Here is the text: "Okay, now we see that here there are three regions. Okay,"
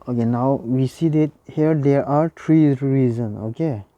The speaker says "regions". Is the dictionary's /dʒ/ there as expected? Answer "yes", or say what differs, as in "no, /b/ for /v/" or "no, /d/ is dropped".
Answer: no, /z/ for /dʒ/